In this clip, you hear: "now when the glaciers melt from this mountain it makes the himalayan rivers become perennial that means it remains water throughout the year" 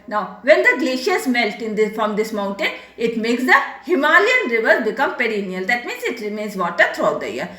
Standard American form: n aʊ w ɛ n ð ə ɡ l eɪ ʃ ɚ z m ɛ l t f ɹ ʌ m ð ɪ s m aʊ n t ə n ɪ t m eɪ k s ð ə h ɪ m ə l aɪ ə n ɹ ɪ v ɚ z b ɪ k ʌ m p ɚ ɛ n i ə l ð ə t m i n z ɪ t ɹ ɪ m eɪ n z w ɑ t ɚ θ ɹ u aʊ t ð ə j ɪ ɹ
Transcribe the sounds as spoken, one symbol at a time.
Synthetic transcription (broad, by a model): n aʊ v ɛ n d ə ɡ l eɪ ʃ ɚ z m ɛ l t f ɹ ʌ m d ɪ s m aʊ n t ə n ɪ t m eɪ k s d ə h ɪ m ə l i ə n ɹ ɪ v ɚ z b ɪ k ʌ m p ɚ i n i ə l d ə t m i n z ɪ t ɹ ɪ m eɪ n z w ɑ t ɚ t ɹ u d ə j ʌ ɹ